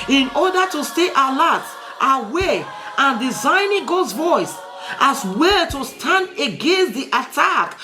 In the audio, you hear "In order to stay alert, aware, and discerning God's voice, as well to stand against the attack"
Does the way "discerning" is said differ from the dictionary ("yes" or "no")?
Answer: yes